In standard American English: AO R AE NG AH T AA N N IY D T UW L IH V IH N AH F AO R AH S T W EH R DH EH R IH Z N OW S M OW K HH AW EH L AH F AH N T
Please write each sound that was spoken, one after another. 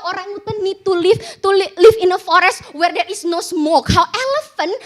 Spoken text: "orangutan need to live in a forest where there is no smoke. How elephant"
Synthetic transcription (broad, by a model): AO R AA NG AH T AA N L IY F T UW L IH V IH N AH F AO R AH S T W EH R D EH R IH S N OW S M OW K HH AW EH L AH F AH N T